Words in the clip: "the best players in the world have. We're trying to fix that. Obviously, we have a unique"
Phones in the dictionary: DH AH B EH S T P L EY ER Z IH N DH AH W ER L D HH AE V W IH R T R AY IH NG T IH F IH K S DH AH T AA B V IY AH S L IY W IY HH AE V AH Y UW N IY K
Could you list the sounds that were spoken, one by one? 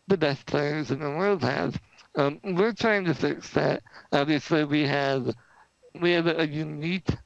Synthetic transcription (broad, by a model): DH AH B EH S T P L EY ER Z IH N DH AH W ER L D HH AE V W IH R T R AY IH NG T IH F IH K S DH AH T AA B V IY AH S L IY W IY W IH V AH Y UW N IY K